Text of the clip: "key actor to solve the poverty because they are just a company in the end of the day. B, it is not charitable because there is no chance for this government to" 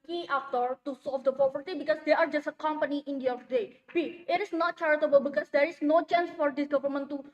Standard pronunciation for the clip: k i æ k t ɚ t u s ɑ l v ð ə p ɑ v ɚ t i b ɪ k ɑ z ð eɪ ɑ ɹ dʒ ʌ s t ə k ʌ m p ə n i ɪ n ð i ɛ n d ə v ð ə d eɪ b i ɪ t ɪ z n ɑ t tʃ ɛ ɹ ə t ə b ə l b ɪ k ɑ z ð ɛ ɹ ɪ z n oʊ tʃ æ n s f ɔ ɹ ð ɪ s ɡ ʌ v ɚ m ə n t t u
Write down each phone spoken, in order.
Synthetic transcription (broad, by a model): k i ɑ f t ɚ t u s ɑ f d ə p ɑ p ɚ t i b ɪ k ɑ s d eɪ ɑ ɹ dʒ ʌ s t ə k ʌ m p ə n i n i n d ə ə d eɪ b i ɪ t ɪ s n ɑ t tʃ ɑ ɹ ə t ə b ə l b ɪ k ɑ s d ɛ ɹ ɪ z n oʊ tʃ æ n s f ɔ ɹ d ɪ s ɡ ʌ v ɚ m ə n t t u